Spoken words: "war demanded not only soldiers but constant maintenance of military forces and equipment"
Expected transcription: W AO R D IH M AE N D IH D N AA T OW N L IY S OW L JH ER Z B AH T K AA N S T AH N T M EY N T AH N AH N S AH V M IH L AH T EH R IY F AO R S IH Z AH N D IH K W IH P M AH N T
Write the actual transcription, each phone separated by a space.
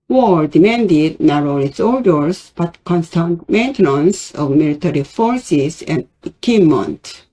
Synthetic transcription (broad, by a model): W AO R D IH M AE N D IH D N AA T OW L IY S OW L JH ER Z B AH T K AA N S T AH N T M EY N T AH N AH N S AH V M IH L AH T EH R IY F AO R S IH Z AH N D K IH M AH N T